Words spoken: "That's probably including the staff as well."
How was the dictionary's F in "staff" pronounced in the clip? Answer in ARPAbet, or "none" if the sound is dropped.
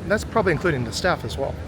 F